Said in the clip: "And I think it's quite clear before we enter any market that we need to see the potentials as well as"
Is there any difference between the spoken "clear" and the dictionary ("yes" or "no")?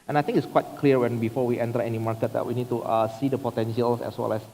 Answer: yes